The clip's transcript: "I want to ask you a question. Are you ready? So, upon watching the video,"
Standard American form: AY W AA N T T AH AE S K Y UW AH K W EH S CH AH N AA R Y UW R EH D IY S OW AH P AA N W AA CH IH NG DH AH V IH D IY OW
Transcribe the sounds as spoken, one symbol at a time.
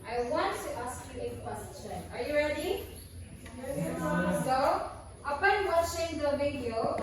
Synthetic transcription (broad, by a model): AY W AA N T T AH S K Y UW AH K W EH S CH AH N AA R Y UW R EH D IY S OW AH P AA N W AA CH IH NG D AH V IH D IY OW